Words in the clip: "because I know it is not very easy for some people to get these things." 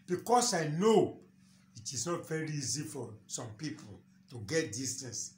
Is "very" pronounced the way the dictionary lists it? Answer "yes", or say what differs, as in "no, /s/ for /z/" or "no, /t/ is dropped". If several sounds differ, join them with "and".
yes